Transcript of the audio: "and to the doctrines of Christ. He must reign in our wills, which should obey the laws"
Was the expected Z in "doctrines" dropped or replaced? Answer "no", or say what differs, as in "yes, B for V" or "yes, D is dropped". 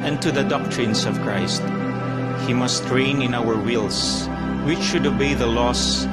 yes, S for Z